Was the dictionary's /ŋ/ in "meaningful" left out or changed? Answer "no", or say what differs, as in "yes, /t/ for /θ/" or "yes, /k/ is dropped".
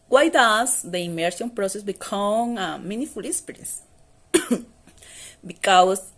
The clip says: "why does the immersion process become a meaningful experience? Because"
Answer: yes, /ŋ/ is dropped